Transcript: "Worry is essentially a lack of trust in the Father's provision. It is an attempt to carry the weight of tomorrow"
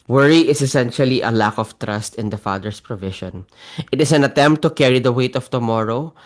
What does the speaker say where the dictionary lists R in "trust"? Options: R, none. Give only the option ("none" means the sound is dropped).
R